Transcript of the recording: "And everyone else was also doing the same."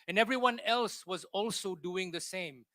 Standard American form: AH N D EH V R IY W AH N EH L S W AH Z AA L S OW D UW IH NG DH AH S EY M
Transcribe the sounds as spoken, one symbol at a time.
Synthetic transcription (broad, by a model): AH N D EH V R IY W AH N EH L S W AH Z AA L S OW D UW IH NG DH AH S EY M